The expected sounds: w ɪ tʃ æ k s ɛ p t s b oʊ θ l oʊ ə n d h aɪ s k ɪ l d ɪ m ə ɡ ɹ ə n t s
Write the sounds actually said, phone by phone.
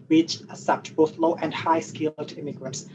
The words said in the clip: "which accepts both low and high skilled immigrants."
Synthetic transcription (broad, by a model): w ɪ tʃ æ s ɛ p t b oʊ θ l oʊ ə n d h aɪ s k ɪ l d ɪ m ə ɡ ɹ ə n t s